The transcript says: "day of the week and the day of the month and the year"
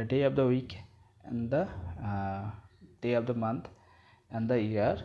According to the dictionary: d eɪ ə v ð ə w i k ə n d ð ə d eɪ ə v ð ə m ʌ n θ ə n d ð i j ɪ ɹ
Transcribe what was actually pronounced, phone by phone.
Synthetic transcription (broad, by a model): d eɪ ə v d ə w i k ə n d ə d eɪ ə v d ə m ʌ n t ə n d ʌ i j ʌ ɹ